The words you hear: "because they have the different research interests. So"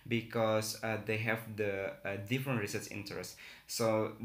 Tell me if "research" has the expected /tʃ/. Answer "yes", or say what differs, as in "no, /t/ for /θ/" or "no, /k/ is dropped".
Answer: no, /s/ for /tʃ/